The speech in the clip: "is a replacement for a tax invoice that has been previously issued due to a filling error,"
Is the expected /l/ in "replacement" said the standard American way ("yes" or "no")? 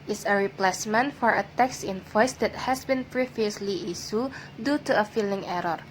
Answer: yes